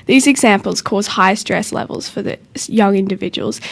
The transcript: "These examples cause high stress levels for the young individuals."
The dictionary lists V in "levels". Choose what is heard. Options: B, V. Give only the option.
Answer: V